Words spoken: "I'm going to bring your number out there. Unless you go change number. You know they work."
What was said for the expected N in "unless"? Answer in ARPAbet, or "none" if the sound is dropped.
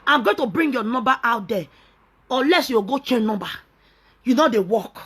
none